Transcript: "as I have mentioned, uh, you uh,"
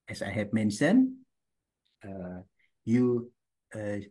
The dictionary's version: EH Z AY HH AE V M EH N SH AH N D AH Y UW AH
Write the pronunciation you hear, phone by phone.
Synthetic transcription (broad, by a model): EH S AY HH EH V M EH N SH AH N AH Y UW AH